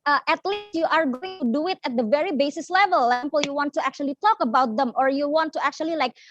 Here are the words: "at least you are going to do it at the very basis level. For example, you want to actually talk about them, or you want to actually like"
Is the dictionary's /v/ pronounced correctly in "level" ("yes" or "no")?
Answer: yes